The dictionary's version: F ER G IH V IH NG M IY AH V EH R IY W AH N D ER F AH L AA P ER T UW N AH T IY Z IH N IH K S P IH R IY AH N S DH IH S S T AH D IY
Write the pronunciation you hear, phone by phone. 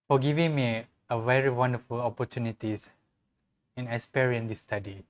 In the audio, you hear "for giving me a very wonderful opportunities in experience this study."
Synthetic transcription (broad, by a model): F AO G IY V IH NG M IY AH V EH R IY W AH N D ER F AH L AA P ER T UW N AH T IY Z IH N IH S P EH R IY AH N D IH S S T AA D IY